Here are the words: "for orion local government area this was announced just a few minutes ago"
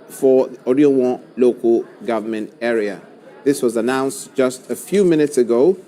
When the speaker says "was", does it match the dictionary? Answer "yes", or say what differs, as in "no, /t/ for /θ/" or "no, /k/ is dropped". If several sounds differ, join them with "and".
yes